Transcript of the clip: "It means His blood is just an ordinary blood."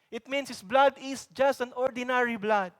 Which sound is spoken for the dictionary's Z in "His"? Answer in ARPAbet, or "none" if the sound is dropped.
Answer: S